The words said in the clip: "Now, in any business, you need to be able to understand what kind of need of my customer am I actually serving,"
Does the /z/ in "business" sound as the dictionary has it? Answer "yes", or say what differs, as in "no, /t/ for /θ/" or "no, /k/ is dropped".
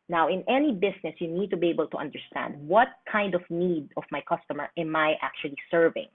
no, /s/ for /z/